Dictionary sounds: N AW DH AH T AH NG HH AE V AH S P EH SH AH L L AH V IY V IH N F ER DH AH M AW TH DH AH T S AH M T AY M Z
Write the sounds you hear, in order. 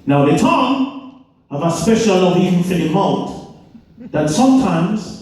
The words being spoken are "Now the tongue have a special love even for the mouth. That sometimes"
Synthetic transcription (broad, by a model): N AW DH AH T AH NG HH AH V AH S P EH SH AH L L AH V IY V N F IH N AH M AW T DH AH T S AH M T AY M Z